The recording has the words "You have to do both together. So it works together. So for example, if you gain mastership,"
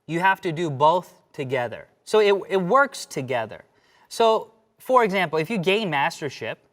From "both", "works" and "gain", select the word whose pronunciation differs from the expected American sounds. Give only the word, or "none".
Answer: none